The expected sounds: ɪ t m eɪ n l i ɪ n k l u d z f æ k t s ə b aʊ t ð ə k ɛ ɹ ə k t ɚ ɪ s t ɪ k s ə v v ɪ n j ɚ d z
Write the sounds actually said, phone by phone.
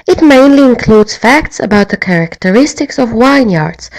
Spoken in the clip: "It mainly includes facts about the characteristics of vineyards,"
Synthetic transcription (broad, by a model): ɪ t m eɪ n l i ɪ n k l u d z f æ k t s ə b aʊ t ð ə k ɛ ɹ ə k t ɚ ɪ s t ɪ k s ə v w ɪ n j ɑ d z